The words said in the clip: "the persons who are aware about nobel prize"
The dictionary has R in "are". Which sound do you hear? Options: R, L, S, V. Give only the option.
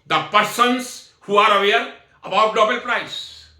R